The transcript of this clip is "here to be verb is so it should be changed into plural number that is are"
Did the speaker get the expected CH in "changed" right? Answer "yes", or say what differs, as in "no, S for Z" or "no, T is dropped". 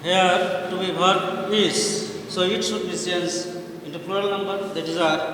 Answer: no, S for CH